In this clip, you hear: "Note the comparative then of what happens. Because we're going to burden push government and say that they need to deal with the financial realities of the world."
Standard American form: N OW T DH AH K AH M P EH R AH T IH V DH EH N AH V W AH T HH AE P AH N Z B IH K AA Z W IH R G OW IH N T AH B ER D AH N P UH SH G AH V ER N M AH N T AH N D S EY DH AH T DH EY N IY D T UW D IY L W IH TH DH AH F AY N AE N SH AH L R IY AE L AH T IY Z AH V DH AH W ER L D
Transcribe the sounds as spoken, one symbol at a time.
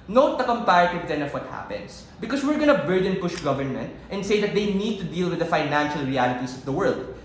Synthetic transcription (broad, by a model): N OW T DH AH K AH M P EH R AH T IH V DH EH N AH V W AH T HH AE P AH N S B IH K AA S W IH R G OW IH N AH B ER D AH N P UH SH G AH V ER N M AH N T AH N D S EY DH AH T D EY N IY D T UW D IY L W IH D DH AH F AY N AE N SH AH L R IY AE L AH T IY S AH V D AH W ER L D